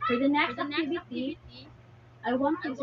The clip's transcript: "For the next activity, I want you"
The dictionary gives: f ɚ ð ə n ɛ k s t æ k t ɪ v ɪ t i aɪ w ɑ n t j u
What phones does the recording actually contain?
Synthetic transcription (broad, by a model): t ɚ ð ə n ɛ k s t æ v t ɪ b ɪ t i aɪ w ɑ n t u